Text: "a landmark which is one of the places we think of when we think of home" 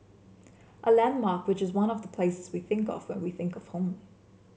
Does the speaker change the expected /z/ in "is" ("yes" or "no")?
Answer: no